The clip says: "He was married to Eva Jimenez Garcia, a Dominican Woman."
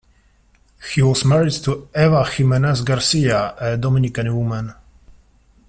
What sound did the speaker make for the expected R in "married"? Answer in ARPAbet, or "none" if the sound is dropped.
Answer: R